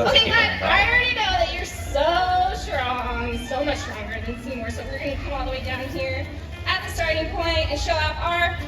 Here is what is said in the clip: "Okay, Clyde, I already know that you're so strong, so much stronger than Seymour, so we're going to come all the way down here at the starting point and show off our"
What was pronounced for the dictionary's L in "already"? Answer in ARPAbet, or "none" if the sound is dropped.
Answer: N